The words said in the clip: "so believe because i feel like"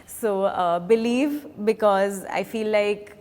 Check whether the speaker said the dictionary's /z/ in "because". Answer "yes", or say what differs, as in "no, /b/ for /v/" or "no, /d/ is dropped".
yes